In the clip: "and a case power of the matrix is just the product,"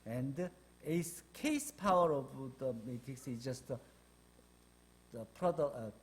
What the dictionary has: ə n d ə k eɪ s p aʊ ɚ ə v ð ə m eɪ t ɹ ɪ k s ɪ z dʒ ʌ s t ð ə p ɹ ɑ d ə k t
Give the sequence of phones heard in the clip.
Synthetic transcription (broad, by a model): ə n d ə k eɪ s p aʊ ɚ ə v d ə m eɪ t ɪ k s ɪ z dʒ ʌ s t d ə p ɹ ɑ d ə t